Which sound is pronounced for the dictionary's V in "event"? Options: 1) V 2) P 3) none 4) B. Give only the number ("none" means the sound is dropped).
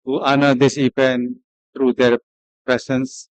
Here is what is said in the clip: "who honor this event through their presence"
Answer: 2